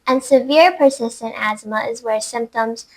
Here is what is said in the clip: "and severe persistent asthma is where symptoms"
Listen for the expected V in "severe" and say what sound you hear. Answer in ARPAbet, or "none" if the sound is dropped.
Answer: V